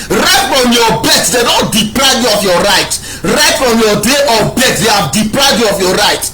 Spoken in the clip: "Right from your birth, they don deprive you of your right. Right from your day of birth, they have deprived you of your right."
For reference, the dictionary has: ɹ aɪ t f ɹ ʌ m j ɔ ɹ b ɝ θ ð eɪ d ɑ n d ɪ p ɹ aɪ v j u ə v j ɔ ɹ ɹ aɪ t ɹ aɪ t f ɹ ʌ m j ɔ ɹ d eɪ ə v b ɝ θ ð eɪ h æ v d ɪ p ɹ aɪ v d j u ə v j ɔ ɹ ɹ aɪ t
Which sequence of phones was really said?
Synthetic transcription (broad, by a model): ɹ aɪ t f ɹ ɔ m j ɔ b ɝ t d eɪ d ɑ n d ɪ p ɹ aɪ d j u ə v j ɔ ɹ ɹ aɪ t ɹ aɪ t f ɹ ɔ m j ɔ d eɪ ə b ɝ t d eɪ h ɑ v d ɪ p ɹ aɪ d j u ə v j ɔ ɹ ɹ aɪ t